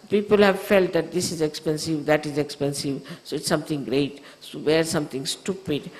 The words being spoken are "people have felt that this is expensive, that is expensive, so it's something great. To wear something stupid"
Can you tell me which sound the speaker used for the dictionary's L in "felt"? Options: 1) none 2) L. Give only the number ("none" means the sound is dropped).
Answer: 2